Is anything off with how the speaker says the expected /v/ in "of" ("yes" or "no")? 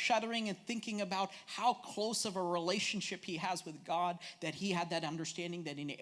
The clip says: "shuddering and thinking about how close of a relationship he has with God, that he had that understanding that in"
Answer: no